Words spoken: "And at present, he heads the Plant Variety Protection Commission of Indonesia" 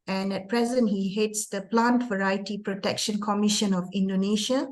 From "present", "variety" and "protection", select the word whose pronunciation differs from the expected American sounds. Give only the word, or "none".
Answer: none